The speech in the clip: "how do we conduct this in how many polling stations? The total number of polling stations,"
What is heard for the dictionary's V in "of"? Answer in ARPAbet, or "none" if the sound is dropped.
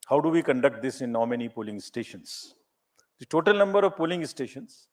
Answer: V